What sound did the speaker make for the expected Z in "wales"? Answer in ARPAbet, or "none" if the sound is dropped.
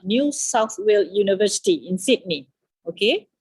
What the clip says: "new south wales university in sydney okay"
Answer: none